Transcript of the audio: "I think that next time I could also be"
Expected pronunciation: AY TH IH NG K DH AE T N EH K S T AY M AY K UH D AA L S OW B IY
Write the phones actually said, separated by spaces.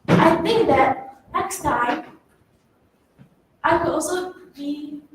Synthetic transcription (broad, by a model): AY TH IH NG K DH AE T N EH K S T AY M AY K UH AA S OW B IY